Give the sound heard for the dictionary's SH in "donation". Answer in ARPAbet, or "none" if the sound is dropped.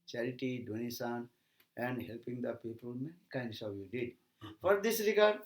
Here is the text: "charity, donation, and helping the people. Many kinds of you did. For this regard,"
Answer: S